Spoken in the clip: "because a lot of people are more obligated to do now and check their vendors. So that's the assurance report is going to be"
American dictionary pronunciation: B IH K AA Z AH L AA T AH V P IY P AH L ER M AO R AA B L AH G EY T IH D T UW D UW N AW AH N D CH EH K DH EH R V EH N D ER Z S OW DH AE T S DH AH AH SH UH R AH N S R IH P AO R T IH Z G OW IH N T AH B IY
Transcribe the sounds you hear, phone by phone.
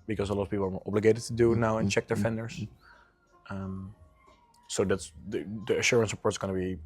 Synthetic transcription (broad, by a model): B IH K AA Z AH L AA T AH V P IY P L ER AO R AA B L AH G EY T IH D T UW D UW N AW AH N CH EH K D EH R F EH N D ER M S OW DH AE T S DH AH AH SH UH R AH N S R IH P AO R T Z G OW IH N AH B IY